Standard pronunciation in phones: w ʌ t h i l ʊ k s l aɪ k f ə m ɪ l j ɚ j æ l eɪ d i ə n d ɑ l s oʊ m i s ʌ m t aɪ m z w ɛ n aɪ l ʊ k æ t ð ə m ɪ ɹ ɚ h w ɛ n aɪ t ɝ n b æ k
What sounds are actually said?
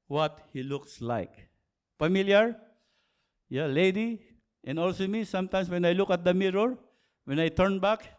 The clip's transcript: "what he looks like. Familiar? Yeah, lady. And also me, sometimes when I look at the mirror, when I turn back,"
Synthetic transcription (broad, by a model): w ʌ t h i l ʊ k s l aɪ k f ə m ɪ l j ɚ j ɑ l eɪ d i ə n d ɑ l s oʊ m i s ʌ m t aɪ m s w ɛ n aɪ l ʊ k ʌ t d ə m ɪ ɹ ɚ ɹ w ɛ n aɪ t ɝ n b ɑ k